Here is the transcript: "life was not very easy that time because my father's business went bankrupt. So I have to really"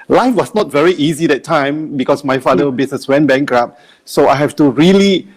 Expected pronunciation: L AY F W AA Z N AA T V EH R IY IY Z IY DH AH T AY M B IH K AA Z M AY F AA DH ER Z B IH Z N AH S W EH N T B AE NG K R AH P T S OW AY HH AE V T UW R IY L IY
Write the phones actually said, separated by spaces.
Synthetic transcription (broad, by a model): L AY F W AA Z N AA T V EH R IY IY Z IY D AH T AY M B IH K AA S M AY F AA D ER B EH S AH S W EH N B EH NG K R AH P S OW AY HH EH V T UW R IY L IY